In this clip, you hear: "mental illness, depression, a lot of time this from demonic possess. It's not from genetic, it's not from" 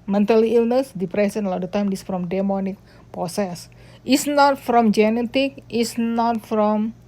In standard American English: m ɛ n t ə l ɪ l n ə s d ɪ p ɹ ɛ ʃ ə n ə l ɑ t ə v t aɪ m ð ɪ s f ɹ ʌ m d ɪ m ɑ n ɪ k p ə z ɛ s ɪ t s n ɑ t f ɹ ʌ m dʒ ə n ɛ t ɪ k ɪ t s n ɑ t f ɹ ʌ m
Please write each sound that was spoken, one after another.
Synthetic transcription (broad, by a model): m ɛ n t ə l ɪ l n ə s d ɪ p ɹ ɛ s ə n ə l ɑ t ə t aɪ m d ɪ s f ɹ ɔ m d ɪ m ɑ n ɪ k p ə s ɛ s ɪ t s n ɑ t f ɹ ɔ m dʒ ə n ɛ t ɪ k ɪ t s n ɑ t f ɹ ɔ m